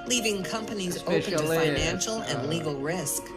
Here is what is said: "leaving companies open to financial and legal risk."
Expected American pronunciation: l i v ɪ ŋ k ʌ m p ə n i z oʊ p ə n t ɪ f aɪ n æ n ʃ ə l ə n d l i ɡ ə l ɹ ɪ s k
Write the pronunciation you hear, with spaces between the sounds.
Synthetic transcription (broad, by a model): l i v ɪ ŋ k ʌ m p ə n i z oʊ ə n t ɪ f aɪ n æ n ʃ l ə n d l i ɡ l ɹ ɪ s k